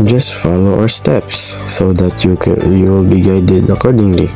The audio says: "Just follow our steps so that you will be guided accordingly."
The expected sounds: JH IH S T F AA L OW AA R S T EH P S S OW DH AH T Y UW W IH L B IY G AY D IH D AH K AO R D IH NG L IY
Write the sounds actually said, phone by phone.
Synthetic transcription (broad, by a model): JH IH S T F AA L OW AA W S T EH P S S OW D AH T Y UW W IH L B IY G AY D IH D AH K AO R D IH NG L IY